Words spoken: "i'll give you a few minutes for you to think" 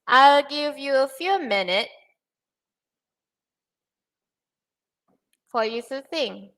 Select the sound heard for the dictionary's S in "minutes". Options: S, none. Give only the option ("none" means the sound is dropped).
none